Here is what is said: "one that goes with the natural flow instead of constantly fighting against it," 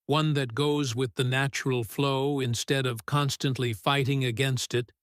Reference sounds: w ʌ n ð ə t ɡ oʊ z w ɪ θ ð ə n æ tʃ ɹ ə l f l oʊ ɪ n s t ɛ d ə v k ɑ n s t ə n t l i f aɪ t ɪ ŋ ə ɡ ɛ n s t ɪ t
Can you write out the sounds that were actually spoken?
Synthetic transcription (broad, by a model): w ʌ n ð ə t ɡ oʊ z w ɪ ð ə n æ tʃ ɹ l f l oʊ ɪ n s t ɛ d ə v k ɑ n s t ə n t l i f aɪ t ɪ ŋ ə ɡ ɛ n s t ɪ t